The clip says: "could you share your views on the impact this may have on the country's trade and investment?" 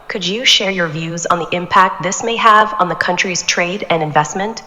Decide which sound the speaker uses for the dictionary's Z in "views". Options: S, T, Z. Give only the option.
Z